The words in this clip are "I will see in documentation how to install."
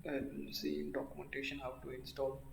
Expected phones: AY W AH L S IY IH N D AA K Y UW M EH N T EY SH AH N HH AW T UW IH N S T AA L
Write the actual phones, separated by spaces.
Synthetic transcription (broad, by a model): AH N S IY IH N D AA K Y UW M EH N T EY SH AH N HH AW T UW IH N S T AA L